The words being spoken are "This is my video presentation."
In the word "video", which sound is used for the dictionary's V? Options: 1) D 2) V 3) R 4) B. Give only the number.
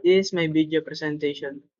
4